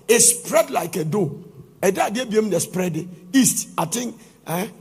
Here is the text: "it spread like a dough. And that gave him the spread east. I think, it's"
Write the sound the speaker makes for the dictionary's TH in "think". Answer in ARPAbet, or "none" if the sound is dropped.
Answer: T